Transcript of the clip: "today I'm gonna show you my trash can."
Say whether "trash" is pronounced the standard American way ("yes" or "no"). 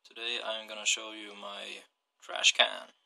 yes